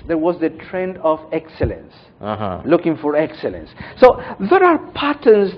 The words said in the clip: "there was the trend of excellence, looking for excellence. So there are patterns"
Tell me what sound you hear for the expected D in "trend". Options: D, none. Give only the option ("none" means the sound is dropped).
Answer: D